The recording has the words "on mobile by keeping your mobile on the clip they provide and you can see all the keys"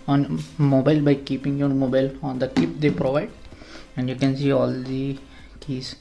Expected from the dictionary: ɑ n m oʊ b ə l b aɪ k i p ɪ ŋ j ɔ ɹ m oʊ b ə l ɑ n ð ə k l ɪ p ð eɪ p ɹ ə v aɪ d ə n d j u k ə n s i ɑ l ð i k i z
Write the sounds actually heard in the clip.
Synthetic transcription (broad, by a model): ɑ n m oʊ b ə l b aɪ k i p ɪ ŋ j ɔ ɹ m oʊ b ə l ɑ n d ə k ɪ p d eɪ p ɹ ə v aɪ d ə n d j u k ə n s i ɑ l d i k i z